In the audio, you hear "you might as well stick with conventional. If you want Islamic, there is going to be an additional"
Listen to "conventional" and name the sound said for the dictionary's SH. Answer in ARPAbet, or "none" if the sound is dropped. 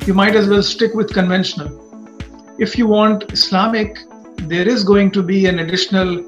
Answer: SH